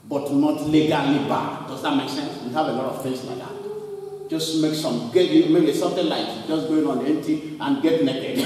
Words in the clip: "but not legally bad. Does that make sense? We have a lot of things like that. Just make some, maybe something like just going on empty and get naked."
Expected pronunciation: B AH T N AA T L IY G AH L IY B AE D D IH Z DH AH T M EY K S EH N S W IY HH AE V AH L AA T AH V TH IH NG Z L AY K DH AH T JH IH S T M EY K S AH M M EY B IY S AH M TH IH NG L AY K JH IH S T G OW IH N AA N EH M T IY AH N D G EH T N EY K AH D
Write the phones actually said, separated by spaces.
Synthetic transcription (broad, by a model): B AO T N AA T L IY G AH L IY B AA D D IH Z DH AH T M EY K S EH N S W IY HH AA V AH L AA T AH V F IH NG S L AY K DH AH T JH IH S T M EY K S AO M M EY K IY S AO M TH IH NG L AY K JH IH S G OW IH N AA N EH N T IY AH N G EH T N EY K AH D